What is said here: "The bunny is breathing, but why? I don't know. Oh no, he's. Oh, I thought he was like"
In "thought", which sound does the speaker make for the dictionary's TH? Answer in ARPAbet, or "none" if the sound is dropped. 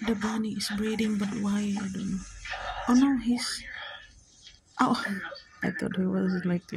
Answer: T